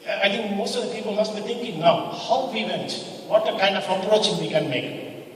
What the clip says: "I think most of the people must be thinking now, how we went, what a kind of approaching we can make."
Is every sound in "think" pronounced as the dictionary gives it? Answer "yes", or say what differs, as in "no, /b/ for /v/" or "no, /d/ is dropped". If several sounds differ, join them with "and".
no, /t/ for /θ/